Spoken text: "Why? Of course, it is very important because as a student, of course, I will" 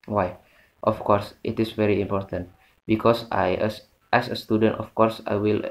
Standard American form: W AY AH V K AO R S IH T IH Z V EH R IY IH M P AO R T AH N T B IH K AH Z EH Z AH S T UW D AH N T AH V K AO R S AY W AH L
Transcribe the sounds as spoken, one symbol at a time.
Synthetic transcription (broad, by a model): W AY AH F K AO R S IH T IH S V EH R IY IH M P AO R T AH N T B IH K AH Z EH S AH S T UW D AH N T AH F K AO R S AY W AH L